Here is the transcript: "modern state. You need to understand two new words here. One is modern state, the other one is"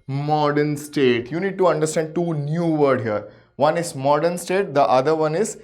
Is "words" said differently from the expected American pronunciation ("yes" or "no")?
yes